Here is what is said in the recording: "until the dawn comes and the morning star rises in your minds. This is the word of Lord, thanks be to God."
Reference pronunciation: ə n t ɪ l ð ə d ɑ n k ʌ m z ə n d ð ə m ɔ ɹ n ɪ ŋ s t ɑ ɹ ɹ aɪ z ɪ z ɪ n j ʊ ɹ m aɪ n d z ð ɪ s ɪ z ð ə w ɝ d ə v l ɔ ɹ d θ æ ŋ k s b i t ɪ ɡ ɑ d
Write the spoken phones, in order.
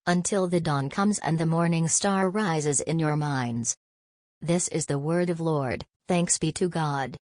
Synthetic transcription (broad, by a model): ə n t ɪ l ð ə d ɑ n k ʌ m z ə n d ð ə m ɔ ɹ n ɪ ŋ s t ɑ ɹ ɹ aɪ z ɪ z ɪ n j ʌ ɹ m aɪ n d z ð ɪ s ɪ z ð ə w ɝ d ə v l ɔ ɹ d θ æ ŋ k s b i t ɪ ɡ ɑ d